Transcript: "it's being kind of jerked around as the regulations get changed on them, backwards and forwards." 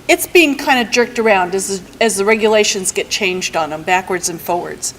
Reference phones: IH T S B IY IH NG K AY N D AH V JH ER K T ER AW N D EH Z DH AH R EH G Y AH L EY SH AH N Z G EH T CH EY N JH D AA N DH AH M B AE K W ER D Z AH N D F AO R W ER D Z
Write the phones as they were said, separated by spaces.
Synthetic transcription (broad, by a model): IH T S B IY IH NG K AY N D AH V JH ER K T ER AW N D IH Z DH AH R EH G Y AH L EY SH AH N Z G EH T CH EY N JH D N DH AH M B AE K W ER D Z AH N F AO R W ER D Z